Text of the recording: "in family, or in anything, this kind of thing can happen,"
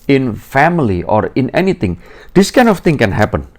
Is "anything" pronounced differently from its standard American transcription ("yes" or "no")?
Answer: yes